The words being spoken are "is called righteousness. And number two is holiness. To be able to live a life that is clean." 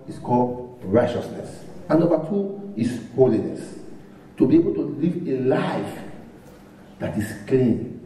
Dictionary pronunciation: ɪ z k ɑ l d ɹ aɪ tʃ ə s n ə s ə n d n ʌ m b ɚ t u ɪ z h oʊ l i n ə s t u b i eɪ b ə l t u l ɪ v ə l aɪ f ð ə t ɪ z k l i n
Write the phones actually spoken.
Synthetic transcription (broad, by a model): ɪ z k ɑ l d ɹ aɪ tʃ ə s n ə s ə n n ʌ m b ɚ t u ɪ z h oʊ l i n ə s t u b i eɪ b ə l t u l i v ə l aɪ f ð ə t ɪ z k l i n